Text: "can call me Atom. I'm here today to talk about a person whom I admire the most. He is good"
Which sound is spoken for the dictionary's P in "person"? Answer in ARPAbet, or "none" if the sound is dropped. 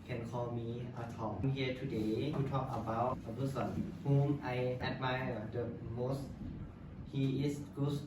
B